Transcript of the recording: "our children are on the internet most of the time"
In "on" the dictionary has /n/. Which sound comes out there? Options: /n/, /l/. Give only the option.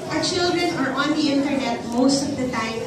/n/